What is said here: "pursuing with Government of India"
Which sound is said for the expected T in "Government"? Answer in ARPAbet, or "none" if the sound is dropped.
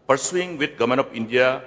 none